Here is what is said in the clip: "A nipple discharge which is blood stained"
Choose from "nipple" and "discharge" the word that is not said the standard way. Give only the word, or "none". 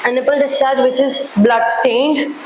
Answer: discharge